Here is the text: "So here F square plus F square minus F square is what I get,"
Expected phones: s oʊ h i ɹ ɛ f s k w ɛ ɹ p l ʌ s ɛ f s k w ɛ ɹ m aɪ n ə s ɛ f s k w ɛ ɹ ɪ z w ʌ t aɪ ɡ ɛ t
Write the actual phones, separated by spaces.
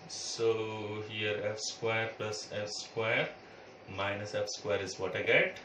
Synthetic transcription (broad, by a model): s oʊ h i ɹ ɛ f s k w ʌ ɹ p l ʌ s ɛ f s k w ɛ ɹ m aɪ n ə s ɛ f s k w ɛ ɹ ɪ z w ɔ t aɪ ɡ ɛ t